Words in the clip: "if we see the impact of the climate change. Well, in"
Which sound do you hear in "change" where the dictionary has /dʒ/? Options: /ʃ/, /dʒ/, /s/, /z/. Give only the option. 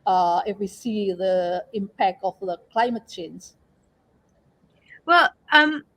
/z/